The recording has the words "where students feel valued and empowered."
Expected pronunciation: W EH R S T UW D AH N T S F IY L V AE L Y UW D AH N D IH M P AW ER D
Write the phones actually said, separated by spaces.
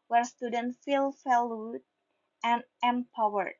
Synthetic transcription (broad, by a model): W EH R S T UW D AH N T F IY L F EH L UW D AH N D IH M P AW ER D